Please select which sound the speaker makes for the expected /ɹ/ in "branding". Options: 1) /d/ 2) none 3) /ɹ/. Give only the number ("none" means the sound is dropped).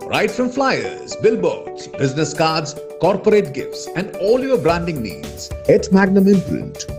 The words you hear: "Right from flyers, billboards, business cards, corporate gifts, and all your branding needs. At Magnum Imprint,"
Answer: 3